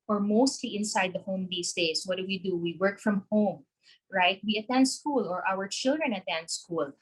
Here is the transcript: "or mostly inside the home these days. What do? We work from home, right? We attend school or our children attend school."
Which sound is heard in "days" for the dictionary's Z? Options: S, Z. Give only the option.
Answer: S